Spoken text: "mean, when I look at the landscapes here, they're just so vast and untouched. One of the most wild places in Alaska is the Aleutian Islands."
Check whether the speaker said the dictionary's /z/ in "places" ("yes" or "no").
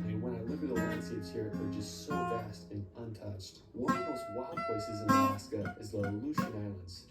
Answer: yes